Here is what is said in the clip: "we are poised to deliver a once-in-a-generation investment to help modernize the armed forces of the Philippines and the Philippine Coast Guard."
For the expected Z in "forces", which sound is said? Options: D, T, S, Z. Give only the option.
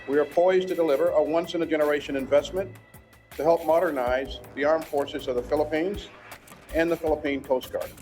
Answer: Z